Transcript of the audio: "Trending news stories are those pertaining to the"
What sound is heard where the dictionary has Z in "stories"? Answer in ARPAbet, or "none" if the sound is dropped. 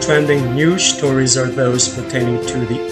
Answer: Z